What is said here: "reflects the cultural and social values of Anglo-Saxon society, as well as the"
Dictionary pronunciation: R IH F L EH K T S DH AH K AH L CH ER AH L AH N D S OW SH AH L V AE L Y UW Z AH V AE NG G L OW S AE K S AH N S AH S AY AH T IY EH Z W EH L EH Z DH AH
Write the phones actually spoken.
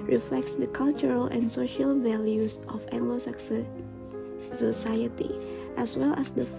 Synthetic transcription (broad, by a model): R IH F L EH K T S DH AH K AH L CH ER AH L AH N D S OW SH AH L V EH L Y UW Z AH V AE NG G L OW S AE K S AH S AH S AY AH T IY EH S W EH L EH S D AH